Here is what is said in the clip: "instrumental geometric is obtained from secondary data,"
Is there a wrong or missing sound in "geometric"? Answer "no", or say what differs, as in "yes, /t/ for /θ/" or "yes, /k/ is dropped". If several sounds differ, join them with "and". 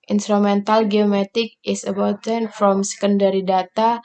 yes, /ɹ/ is dropped